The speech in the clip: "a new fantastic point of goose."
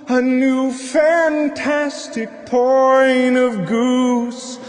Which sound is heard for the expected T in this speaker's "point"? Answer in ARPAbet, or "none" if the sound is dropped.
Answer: none